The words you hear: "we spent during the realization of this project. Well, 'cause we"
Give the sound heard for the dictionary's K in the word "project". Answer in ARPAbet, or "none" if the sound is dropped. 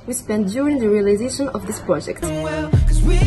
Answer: K